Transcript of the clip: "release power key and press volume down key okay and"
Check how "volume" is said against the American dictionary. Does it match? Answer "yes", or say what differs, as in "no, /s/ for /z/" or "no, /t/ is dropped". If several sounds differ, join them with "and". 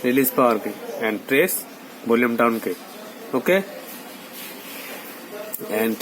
no, /b/ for /v/